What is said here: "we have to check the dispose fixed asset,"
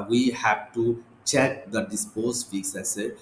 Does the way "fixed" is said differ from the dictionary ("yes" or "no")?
yes